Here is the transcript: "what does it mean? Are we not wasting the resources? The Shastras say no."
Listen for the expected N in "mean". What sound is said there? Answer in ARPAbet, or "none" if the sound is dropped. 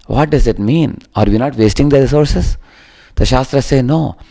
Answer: N